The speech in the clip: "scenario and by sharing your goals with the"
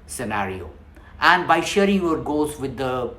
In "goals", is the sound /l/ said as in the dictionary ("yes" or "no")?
no